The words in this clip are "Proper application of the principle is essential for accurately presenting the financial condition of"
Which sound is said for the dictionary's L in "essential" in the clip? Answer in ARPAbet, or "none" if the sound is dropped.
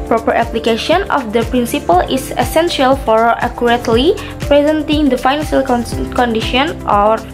L